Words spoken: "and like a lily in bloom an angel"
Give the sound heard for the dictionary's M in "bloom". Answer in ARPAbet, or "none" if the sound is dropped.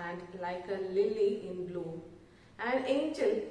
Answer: none